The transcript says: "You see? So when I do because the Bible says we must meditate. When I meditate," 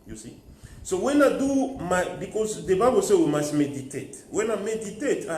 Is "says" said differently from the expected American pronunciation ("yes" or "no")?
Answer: yes